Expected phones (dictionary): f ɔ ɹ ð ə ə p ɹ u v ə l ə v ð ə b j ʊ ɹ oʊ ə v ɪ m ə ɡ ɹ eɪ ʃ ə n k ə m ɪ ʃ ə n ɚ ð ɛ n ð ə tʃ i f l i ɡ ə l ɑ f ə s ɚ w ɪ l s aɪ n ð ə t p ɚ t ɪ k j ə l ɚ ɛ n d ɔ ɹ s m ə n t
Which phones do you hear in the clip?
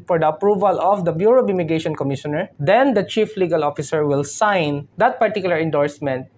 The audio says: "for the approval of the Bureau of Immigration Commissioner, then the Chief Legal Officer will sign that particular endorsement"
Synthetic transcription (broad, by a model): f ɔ ɹ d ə ə p ɹ u v ə l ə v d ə b j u ɹ oʊ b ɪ m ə ɡ eɪ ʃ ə n k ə m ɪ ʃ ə n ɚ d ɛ n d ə tʃ i f l i ɡ ə l ɑ f ə s ɚ w ɪ l s aɪ n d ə t p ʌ t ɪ k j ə l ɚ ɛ n d ɔ ɹ s m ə n t